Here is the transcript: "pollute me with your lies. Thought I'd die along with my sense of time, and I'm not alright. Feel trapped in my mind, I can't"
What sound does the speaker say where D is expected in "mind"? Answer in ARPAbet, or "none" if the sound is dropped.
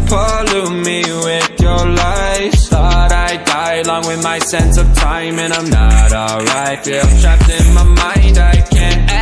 D